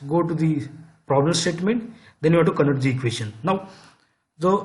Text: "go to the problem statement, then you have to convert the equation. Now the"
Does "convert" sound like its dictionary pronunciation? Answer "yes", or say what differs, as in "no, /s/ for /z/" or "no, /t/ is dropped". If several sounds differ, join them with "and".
no, /v/ is dropped